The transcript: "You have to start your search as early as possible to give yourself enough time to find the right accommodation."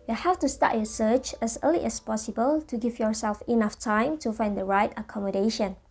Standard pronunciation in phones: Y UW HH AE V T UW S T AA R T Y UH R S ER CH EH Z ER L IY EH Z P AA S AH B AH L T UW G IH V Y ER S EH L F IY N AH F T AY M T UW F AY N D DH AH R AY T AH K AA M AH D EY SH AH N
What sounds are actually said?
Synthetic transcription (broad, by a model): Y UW HH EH F T UW S T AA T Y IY S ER CH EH S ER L IY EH S P AA S AH B AH L T UW G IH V Y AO S EH L F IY N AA F T AY M T UW F AY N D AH R AY T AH K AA M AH D EY SH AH N